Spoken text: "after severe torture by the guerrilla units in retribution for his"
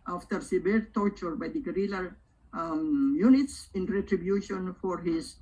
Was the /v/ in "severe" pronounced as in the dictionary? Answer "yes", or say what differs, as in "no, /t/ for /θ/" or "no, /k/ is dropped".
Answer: no, /b/ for /v/